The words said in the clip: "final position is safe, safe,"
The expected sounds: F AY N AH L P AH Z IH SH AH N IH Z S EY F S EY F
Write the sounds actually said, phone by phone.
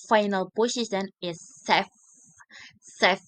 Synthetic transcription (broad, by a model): F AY N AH L B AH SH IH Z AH N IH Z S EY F S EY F